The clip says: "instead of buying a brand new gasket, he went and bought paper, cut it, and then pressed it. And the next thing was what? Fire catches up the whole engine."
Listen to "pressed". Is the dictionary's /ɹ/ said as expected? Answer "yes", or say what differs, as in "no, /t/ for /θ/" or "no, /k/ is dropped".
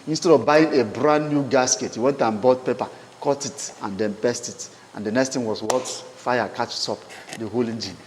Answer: no, /ɹ/ is dropped